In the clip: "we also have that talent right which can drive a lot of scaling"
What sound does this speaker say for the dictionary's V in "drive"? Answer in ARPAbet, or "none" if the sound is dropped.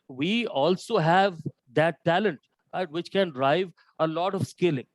V